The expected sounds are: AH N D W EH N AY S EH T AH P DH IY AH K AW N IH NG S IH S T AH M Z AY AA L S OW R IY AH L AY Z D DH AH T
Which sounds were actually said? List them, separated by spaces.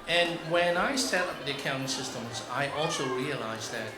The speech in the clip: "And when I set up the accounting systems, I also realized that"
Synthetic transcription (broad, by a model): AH N W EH N AY S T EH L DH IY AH K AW IH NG S IH S T AH M Z AY AA L S OW R IY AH L AY Z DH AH T